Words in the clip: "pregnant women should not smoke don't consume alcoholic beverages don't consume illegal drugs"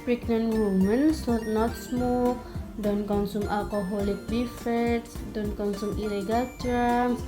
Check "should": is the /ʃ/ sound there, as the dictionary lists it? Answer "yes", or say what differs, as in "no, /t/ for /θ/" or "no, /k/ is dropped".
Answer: no, /s/ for /ʃ/